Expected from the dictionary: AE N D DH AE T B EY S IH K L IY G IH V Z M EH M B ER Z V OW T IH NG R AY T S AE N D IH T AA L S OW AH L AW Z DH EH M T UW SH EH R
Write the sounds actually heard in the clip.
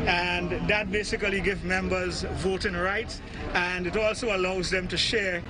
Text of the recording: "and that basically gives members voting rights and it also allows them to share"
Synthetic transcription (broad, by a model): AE N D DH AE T B EY S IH K L IY G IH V M EH M B ER Z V OW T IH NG R AY T S AE N D IH T AA L S OW AH L AW Z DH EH M T UW SH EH R